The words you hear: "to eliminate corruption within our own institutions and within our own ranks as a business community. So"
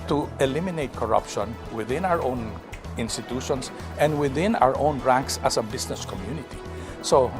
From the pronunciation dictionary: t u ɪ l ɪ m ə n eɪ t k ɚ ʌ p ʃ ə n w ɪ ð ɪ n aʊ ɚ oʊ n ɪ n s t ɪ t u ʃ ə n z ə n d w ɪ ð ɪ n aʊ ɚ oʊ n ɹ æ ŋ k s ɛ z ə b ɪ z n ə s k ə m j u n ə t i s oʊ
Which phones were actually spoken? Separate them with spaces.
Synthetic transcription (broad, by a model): t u ɪ l ɪ m ə n eɪ t k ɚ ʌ p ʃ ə n w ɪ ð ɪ n aʊ ɚ oʊ n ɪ n s t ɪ t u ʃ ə n s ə n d w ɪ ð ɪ n aʊ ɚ oʊ n ɹ æ ŋ k s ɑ s ə b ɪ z n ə s k ə m j u n ə t i s oʊ